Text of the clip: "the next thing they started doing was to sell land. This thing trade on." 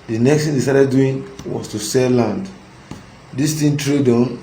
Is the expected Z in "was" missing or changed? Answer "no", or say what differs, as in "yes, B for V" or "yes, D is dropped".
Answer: yes, S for Z